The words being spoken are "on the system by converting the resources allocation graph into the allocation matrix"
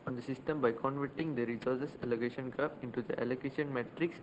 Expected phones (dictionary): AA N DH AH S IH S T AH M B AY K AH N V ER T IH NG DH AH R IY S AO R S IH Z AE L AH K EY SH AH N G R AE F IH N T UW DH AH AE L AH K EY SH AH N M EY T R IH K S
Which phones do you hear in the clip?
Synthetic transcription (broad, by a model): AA N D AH S IH S T AH M B AY K AH N V ER T IH NG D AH R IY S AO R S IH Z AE L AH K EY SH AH N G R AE P IH N T UW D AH AE L AH K EY SH AH N M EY T R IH K S